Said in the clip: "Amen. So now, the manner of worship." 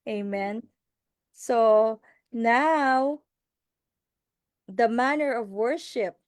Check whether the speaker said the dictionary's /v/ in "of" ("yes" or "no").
yes